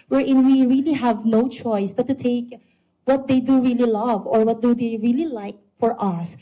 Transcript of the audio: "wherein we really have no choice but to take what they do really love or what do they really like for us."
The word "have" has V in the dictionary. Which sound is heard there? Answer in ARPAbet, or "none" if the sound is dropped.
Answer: V